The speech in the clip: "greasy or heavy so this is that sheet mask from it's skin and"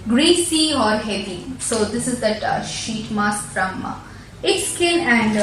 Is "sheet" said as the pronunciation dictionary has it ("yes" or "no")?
yes